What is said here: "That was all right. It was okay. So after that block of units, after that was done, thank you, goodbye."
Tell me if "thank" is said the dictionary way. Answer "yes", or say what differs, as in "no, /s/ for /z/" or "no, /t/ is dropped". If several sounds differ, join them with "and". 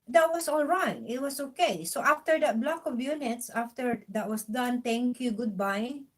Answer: no, /t/ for /θ/